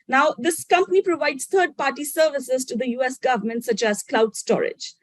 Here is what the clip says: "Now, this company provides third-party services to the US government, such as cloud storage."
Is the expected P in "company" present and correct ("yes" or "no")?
yes